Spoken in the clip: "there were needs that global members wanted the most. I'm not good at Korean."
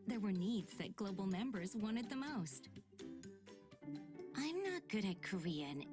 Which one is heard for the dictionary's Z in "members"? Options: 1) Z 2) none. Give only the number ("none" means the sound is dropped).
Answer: 1